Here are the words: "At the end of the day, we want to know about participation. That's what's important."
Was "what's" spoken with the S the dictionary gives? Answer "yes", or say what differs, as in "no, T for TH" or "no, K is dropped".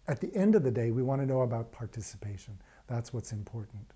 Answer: yes